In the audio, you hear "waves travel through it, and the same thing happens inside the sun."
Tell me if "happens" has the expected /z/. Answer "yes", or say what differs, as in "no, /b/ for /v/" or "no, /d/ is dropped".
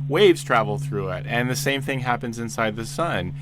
yes